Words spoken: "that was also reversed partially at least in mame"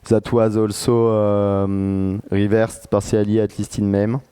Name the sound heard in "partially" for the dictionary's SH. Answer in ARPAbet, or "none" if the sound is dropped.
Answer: S